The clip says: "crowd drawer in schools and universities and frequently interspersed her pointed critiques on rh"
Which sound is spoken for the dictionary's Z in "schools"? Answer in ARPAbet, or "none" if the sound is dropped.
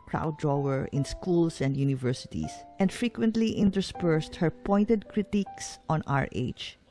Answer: S